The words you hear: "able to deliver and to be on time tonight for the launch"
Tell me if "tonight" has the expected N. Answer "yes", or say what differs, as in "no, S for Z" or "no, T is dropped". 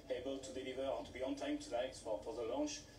no, L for N